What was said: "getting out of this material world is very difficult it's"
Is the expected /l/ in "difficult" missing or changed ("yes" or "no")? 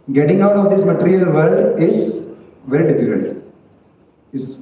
yes